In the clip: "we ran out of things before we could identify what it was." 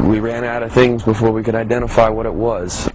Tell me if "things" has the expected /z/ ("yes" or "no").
yes